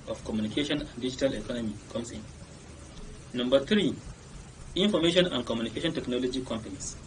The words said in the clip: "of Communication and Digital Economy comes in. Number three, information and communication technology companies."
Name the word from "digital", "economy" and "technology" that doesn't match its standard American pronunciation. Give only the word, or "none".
none